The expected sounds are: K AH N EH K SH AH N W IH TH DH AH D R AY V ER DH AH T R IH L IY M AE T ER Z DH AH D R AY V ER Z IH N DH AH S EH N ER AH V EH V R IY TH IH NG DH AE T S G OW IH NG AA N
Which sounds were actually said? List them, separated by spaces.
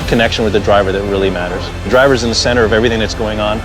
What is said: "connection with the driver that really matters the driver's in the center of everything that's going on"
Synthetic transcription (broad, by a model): K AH N EH K SH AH N W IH DH AH D R AY V ER DH AH T R IH L IY M AE T ER Z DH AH D R AY V ER Z IH N DH AH S EH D ER AH V EH V R IY TH IH NG DH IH T S G OW IH NG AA N